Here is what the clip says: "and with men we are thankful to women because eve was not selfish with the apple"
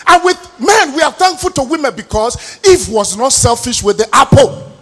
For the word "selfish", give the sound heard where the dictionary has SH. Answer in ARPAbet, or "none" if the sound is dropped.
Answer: SH